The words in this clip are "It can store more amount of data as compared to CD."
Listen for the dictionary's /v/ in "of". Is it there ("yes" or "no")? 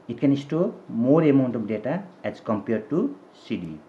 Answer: no